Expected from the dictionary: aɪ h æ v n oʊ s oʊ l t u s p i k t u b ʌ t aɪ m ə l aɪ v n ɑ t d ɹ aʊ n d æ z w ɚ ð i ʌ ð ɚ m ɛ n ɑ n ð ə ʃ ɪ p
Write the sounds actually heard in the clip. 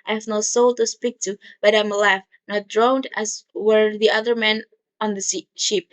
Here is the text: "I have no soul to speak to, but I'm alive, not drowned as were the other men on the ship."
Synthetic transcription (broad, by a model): aɪ h æ v n oʊ s oʊ l t u s p i k t u b ʌ t aɪ m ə l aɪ f n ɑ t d ɹ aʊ n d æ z w ɚ ð i ʌ ð ɚ m ɛ n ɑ n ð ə ʃ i p